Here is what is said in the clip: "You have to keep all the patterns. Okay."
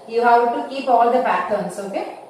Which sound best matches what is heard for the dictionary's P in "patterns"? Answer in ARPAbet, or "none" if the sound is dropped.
B